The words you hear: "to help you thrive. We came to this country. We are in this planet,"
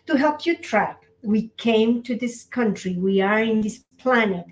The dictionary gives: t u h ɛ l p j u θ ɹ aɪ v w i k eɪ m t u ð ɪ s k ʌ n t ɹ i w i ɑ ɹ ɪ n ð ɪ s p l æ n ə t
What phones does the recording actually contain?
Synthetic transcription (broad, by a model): t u h ɛ l p j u t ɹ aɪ p w i k eɪ m t u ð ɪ s k ʌ n t ɹ i w i ɑ ɹ ɪ n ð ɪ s p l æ n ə t